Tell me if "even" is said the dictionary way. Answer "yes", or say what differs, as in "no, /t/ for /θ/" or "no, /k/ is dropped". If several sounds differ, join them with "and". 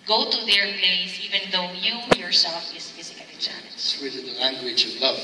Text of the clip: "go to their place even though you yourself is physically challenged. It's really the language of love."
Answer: yes